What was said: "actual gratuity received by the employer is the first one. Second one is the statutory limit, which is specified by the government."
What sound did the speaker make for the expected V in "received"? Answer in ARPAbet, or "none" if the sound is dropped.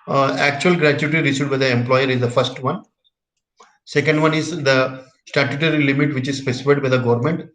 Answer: none